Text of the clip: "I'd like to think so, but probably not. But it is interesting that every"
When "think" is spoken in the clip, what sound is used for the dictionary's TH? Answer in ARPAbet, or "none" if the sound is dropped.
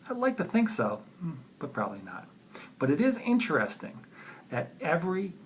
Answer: TH